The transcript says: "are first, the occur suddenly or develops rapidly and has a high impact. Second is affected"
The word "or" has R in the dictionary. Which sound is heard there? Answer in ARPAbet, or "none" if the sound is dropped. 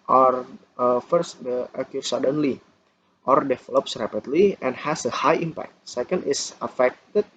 R